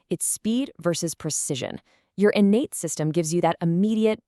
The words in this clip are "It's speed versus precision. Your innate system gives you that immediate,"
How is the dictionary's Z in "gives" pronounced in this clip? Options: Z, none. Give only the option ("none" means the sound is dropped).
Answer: Z